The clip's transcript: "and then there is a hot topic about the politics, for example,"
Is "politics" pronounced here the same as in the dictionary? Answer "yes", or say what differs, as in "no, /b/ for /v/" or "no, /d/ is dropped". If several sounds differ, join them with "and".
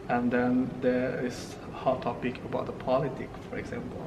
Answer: no, /s/ is dropped